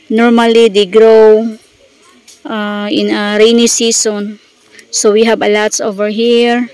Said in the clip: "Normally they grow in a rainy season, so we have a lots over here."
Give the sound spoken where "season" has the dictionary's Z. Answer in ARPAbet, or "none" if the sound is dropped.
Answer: S